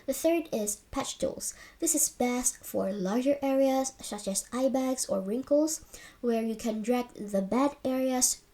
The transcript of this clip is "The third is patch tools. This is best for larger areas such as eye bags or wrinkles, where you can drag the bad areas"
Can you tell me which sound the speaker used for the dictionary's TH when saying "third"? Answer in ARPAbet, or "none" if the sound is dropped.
TH